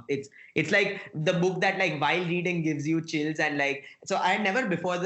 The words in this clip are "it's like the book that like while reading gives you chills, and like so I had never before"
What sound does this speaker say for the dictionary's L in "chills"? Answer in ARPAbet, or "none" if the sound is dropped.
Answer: L